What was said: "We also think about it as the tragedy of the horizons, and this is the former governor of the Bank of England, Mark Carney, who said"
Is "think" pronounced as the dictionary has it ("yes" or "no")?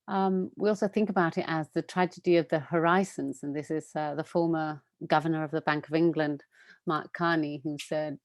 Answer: yes